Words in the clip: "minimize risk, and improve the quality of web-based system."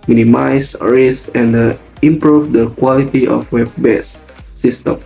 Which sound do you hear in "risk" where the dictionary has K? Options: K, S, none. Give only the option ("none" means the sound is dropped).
none